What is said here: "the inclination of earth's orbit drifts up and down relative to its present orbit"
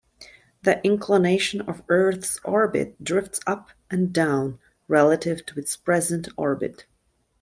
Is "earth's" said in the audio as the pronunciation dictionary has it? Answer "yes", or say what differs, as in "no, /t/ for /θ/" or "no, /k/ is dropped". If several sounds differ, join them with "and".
yes